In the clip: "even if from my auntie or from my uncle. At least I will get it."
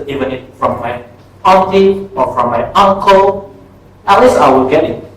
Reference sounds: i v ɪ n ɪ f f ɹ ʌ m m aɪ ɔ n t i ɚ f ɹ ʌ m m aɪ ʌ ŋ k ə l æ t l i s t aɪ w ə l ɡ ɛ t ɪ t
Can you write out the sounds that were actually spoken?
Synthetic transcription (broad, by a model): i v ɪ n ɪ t f ɹ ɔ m m aɪ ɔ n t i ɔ f ɹ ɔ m m aɪ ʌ ŋ k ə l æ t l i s aɪ w ə l ɡ ɛ t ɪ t